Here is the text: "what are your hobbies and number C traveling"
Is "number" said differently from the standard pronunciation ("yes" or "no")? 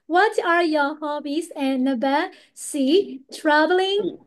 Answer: yes